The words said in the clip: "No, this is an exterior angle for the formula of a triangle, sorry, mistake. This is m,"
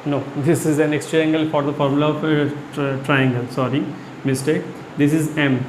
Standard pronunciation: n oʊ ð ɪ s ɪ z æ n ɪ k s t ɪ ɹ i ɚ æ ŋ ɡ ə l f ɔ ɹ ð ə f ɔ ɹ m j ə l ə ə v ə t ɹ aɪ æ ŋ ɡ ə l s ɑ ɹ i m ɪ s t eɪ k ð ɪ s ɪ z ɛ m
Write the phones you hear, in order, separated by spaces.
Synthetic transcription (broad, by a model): n oʊ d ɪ s ɪ z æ n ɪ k s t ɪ i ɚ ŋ ɡ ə l f ɔ ɹ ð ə f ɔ ɹ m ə l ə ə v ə t ɹ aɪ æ ŋ ɡ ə l s ɑ ɹ i m ɪ s t eɪ k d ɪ s ɪ z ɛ m